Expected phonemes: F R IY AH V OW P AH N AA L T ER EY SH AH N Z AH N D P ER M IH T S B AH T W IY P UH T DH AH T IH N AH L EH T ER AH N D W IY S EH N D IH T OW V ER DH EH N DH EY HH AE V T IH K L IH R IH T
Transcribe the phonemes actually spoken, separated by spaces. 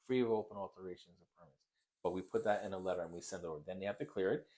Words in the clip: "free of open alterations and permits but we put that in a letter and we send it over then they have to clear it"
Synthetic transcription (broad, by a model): F R IY AH V OW P AH N AA L T ER EY SH AH N Z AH P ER M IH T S B AH T W IY P UH T DH AH T IH N AH L EH T ER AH N W IY S EH N D IH T OW V ER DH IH N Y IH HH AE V T IH K L IH R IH T